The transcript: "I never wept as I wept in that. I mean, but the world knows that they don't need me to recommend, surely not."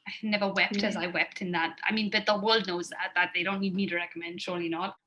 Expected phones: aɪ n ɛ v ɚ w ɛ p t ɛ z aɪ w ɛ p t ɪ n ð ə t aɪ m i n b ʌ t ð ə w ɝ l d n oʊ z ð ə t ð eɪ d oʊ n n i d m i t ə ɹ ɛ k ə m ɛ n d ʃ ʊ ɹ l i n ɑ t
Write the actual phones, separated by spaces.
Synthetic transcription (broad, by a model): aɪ n ɛ v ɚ w ɛ p t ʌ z aɪ w ɛ p t ɪ n ð ə t aɪ m i n b ʌ t ð ə w ɝ l d n oʊ z ð ə t ð eɪ d oʊ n n i d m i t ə ɹ ɛ k ə m ɛ n d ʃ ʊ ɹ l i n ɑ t